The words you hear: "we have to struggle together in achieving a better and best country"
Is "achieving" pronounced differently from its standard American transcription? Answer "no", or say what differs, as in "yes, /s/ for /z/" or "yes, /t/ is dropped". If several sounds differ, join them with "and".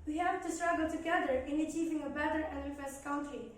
no